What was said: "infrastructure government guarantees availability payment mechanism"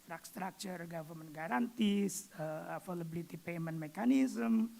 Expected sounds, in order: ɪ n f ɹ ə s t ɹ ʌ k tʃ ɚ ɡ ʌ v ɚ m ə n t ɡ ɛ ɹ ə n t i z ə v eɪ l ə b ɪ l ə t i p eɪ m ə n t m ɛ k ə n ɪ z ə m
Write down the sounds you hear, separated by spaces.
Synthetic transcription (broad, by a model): f ɹ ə s t ɹ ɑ k tʃ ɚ ɡ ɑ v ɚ m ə n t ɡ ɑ ɹ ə n t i s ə f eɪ l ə b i l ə t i p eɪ m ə n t m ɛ k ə n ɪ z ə m